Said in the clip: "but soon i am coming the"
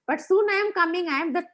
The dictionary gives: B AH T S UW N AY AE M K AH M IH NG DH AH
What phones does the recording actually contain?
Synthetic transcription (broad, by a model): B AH T S UW N AY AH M K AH M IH NG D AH